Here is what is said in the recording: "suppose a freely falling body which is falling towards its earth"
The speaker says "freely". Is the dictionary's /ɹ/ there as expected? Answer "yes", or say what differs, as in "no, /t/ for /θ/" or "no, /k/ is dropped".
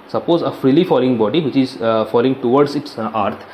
yes